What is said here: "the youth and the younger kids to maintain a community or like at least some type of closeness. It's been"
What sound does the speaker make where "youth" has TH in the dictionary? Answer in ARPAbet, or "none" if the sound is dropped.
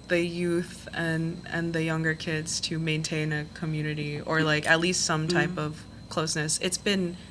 TH